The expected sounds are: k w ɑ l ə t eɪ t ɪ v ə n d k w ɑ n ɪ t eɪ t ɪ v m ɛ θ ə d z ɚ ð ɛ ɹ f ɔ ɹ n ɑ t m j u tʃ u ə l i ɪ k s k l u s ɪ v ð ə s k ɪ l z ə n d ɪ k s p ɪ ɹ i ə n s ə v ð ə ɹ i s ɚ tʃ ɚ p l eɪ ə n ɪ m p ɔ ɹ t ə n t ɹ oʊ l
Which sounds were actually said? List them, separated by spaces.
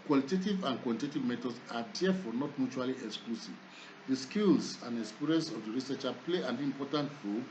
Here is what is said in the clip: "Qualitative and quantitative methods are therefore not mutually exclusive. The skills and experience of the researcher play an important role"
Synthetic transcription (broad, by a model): k w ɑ l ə t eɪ t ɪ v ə n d k w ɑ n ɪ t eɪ t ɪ v m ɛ t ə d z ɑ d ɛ f ɔ n ɑ t m j u tʃ u ə l i ɪ k s k l u s ɪ v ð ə s k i l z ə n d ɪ k s p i ɹ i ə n s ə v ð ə ɹ i s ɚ tʃ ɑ p l eɪ ə n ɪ m p ɔ t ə n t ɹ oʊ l